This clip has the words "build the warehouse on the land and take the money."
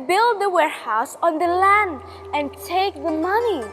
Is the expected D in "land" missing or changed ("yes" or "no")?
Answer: no